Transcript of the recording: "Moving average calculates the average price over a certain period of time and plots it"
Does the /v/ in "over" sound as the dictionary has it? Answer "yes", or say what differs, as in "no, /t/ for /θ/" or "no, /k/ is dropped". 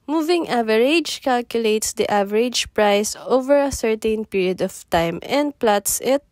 yes